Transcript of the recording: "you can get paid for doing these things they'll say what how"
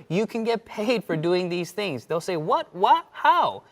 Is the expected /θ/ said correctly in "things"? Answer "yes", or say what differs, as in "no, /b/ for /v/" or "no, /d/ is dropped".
yes